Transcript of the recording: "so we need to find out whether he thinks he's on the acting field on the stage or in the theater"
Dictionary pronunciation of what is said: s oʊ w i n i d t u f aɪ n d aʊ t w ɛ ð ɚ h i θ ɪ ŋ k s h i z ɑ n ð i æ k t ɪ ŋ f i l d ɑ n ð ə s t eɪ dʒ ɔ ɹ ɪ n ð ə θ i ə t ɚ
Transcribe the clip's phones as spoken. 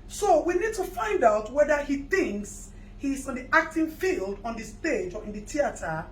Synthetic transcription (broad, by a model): s oʊ w i n i d t u f aɪ n d aʊ t w ɛ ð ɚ h i θ ɪ ŋ k s h i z ɑ n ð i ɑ k t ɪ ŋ f i l d ɑ n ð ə s t eɪ dʒ ɔ ɹ ɪ n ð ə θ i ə t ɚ